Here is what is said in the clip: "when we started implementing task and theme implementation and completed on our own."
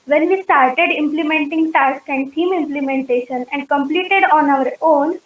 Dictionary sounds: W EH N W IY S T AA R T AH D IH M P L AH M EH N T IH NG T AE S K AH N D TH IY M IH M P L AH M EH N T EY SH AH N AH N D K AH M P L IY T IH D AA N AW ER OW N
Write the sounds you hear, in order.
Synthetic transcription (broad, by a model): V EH N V IY S T AA R T AH D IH M P L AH M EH N T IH NG T AE S K AH N D T IY M IH M P L AH M EH N T EY SH AH N AH N D K AH M P L IY T IH D AA N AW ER OW N